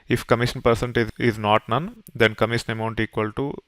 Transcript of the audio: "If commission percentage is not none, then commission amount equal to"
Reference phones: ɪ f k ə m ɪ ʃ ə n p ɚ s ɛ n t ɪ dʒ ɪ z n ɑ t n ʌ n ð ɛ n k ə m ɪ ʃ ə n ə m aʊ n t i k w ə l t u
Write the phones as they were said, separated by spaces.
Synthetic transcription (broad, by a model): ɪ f k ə m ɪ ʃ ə n p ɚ s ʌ n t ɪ ɪ z n ɑ t n ʌ n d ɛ n k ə m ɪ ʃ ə n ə m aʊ n t i k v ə l t u